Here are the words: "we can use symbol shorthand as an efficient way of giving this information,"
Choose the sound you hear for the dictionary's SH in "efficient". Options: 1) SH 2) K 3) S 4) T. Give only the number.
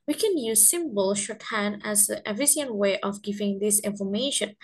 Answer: 3